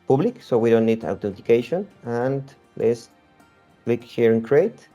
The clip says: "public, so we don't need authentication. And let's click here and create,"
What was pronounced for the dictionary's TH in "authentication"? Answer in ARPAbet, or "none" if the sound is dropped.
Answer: T